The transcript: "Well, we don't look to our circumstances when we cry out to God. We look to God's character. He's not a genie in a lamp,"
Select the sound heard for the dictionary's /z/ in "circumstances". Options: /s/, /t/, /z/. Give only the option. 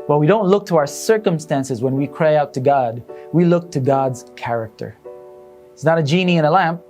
/z/